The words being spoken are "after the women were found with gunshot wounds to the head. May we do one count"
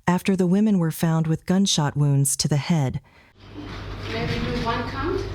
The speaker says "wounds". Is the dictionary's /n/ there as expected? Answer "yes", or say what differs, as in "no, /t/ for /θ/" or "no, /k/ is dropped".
yes